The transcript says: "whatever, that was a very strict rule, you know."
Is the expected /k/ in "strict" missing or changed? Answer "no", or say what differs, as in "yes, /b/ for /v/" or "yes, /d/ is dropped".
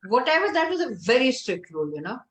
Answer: no